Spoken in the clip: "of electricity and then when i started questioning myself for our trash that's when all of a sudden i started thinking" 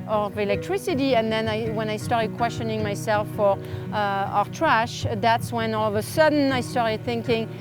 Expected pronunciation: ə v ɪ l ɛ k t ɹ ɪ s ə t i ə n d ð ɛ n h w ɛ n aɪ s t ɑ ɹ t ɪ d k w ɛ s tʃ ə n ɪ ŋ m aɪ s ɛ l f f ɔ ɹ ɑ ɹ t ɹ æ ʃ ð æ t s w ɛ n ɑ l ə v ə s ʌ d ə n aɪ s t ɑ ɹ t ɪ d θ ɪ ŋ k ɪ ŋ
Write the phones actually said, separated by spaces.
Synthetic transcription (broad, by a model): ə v ɪ l ɛ k t ɹ ɪ s ə t i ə n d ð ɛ n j w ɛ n aɪ s t ɑ ɹ t ɪ d k w ɛ s tʃ ə n ɪ ŋ m aɪ s ɛ l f f ɔ ɹ ɑ ɹ t ɹ æ ʃ ð æ t s w ɛ n ɑ l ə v ə s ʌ d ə n aɪ s t ɑ ɹ t ɪ d θ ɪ ŋ k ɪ ŋ